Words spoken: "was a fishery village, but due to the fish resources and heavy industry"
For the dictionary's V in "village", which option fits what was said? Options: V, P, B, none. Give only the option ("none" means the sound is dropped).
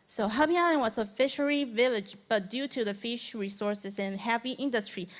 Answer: V